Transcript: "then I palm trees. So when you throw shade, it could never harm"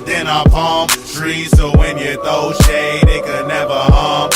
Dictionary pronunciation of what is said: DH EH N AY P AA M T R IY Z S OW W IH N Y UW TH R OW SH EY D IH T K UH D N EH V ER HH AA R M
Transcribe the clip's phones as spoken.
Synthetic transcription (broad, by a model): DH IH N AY P AA M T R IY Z S OW W IH N Y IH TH OW SH EY D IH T K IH D N EH V ER HH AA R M